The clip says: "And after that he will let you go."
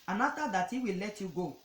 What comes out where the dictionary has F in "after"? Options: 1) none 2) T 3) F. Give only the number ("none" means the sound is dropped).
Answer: 1